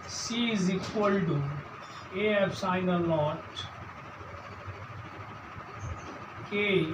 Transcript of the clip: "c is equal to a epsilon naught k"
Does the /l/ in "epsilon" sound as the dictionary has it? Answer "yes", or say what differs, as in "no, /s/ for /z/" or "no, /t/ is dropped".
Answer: no, /l/ is dropped